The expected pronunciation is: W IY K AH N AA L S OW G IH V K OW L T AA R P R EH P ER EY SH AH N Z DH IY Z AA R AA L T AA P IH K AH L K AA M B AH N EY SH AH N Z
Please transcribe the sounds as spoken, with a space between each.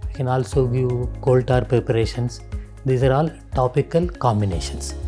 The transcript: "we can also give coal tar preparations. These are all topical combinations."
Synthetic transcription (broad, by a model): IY K AH N AA L S OW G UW K OW L T AA R P R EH P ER EY SH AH N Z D IY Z AA R AA L T AA P IH K AH L K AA M B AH N EY SH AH N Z